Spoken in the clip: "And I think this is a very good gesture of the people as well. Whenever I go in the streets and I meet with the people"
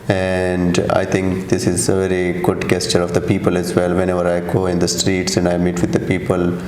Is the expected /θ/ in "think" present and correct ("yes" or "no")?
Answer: no